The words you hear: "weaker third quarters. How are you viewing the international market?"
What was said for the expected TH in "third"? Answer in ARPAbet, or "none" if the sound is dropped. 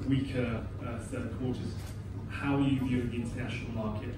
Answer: S